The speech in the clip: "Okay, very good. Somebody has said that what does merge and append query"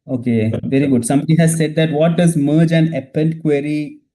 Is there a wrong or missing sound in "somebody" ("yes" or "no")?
no